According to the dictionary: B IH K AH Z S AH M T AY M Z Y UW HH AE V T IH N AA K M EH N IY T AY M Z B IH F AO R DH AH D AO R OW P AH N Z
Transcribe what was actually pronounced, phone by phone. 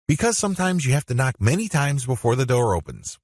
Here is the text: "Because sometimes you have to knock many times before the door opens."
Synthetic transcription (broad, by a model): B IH K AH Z S AH M T AY M Z Y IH HH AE F T IH N AA K M EH N IY T AY M Z B IH F AO R DH AH D AO R OW P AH N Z